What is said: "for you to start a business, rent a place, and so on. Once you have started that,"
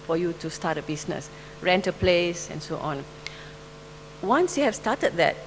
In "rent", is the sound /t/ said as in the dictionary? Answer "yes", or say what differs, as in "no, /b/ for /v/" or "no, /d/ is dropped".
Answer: yes